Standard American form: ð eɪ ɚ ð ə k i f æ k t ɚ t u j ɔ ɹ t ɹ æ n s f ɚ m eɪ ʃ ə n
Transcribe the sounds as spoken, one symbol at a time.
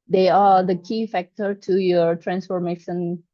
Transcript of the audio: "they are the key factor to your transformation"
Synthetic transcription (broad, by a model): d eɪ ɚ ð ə k i f æ k t ɚ t u j ɔ ɹ t ɹ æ n s f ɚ m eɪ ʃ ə n